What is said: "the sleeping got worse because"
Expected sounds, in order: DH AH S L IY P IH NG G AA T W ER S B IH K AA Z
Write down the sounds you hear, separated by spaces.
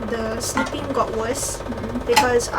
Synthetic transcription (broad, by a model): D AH S N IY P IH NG G AA T W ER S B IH K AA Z